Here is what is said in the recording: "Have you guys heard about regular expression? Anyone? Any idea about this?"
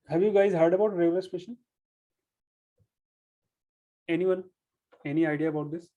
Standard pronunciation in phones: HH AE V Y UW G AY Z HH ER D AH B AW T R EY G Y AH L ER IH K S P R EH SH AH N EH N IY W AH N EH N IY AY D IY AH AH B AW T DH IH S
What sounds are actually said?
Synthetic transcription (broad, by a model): HH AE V Y UW G AY Z HH ER D AH B AW T R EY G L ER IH S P EH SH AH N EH N IY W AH N EH N IY AY D IY AH AH B AW T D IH S